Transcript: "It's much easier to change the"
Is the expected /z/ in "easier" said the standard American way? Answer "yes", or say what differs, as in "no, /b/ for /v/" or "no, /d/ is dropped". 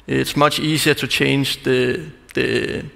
no, /s/ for /z/